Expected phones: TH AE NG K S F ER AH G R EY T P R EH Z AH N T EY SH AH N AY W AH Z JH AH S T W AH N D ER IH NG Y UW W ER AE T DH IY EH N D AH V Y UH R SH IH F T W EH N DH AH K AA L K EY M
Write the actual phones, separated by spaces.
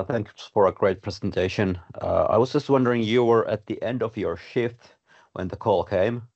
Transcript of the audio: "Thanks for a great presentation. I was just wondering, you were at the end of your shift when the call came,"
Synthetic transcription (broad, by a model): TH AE NG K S F ER AH G R EY T P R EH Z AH N T EY SH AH N AY W AH Z JH AH S T W AH N D ER IH NG Y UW W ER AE T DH IY EH N D AH V Y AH R SH IH F T W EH N DH AH K AA L K EY M